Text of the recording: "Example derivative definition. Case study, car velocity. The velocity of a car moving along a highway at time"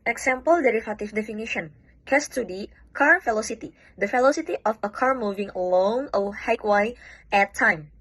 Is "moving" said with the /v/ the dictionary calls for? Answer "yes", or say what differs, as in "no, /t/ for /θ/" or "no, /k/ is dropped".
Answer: yes